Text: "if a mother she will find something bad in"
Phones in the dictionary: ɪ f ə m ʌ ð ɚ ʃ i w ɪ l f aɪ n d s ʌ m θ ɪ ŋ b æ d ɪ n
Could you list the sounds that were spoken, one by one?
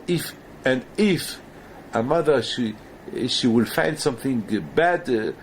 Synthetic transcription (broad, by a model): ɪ f ə m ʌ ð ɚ ʃ i w ɪ l f aɪ n d s ʌ m θ ɪ ŋ b æ d